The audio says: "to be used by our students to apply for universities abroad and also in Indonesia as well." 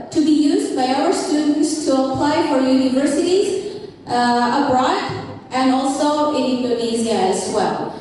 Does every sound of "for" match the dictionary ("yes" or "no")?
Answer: yes